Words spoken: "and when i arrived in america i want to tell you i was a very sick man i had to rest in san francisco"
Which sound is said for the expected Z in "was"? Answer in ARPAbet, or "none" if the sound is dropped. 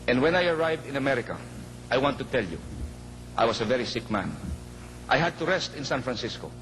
S